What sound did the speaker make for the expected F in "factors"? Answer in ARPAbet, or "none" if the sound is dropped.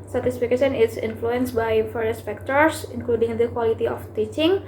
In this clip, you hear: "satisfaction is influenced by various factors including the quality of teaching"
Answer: P